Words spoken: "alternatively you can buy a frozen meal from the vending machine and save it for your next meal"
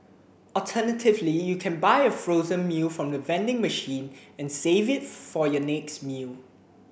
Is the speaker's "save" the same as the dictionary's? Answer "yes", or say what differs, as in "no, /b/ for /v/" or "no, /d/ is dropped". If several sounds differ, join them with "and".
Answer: yes